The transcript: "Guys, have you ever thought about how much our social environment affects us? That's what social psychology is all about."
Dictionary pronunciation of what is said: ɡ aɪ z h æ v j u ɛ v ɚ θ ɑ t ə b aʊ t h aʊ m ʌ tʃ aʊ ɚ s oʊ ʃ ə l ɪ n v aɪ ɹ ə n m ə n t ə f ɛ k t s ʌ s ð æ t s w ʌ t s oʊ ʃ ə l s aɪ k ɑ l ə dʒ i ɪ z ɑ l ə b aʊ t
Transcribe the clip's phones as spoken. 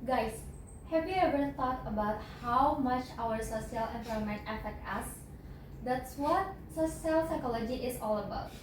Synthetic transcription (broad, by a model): ɡ aɪ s h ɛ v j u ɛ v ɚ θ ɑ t ə b aʊ t h aʊ m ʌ tʃ aʊ ɚ s oʊ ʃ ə l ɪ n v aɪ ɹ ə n m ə n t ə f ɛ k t ʌ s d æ t s w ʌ t s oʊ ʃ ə l s aɪ k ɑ l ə dʒ i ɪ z ɑ l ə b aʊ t